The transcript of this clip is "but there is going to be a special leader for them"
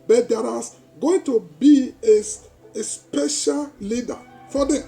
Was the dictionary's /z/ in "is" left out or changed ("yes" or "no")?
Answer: yes